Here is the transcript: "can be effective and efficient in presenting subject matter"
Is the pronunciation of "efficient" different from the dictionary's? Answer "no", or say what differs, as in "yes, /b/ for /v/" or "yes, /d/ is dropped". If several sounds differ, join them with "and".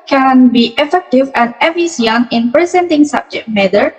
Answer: yes, /ʃ/ is dropped and /t/ is dropped